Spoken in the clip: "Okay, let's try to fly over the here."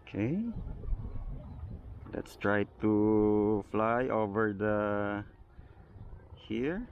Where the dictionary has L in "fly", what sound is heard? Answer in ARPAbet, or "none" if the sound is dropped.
L